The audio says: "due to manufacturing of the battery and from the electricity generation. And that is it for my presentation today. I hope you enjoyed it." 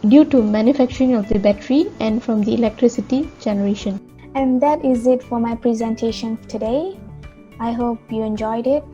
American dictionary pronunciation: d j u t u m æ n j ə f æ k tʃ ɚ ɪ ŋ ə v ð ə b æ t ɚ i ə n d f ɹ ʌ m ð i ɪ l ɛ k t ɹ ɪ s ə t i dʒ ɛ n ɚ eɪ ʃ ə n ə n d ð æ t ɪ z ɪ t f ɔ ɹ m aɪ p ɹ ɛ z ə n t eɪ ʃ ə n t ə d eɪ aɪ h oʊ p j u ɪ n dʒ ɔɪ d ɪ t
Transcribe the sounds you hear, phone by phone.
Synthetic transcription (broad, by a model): d j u t u m æ n j ə f æ k tʃ ɚ ɪ ŋ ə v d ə b æ t ɚ i ə n d f ɹ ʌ m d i ɪ l ɛ k t ɹ ɪ s ə t i dʒ ɛ n ɚ eɪ ʃ ə n ə n d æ t ɪ z ɪ t f ɔ ɹ m aɪ p ɹ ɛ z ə n t eɪ ʃ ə n t ə d eɪ aɪ h oʊ p j u ɪ n dʒ ɔɪ d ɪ t